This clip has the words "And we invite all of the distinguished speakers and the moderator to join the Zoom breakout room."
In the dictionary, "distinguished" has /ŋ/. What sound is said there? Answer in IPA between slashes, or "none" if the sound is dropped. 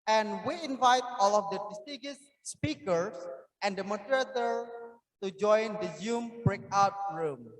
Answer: none